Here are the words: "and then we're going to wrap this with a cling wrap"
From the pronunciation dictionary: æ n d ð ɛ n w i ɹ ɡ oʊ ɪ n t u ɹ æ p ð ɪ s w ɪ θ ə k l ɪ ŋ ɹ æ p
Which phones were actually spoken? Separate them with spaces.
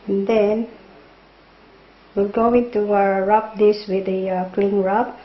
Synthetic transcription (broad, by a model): n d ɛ n w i l ɡ oʊ ɪ n t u ɹ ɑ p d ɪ s w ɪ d ə k l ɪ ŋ ɹ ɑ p